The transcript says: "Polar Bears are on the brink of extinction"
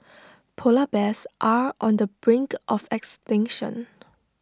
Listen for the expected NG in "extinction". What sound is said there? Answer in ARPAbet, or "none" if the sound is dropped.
NG